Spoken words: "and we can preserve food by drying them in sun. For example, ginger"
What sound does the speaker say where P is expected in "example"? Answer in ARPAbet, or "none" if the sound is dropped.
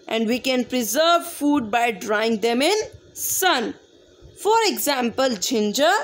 P